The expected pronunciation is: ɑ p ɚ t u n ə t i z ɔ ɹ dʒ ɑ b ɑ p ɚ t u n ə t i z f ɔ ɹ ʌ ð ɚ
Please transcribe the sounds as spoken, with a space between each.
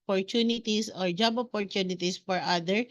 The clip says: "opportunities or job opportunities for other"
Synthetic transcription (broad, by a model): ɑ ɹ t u n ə t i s ɔ ɹ dʒ ɑ b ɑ p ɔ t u n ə t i s f ɔ ɹ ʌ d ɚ